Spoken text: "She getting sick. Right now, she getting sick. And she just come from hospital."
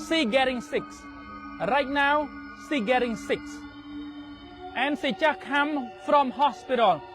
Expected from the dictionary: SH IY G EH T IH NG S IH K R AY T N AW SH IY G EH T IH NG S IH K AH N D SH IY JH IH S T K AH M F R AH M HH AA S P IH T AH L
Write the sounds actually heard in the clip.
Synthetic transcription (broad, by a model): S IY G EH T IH NG S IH K R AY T N AW S IY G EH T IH NG S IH K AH N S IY CH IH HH K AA M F R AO M HH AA S P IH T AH L